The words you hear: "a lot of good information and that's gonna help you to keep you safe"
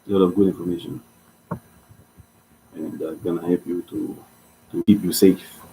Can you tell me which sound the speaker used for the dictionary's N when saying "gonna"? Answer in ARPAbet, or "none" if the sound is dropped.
N